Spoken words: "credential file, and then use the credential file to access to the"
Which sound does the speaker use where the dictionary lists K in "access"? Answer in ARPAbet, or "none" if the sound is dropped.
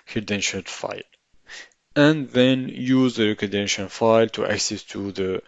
K